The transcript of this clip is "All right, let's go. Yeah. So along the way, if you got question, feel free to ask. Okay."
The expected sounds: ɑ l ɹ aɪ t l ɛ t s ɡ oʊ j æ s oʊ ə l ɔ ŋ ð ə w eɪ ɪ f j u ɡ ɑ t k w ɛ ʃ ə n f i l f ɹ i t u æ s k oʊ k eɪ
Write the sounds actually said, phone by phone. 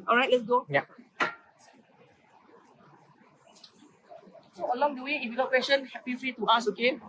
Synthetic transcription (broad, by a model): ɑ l ɹ aɪ t l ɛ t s ɡ oʊ j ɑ s oʊ ə l ɔ ŋ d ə w eɪ ɪ f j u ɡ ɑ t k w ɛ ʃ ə n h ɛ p f ɹ i t u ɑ s oʊ k eɪ